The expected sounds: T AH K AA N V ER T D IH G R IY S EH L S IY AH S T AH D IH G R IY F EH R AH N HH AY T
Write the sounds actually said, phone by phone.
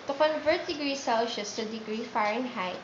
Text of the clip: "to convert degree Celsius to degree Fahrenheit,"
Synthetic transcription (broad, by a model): T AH K AA N V ER T D IH G R IY S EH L SH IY S T AH D IH G R IY F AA R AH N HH AY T